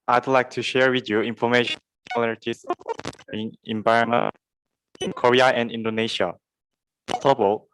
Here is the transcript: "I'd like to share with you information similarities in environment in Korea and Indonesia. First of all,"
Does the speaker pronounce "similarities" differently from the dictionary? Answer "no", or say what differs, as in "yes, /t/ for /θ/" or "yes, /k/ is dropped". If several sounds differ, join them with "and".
yes, /m/ is dropped